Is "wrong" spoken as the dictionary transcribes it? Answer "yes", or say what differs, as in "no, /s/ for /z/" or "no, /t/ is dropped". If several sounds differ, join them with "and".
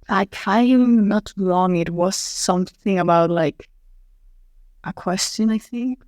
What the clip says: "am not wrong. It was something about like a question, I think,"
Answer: no, /l/ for /ɹ/